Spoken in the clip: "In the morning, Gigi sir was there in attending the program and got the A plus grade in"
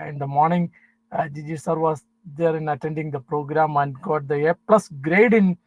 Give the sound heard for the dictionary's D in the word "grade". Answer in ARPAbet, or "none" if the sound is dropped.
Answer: D